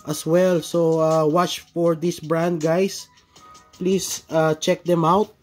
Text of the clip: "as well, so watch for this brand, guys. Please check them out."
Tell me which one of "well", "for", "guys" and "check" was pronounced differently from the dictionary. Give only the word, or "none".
guys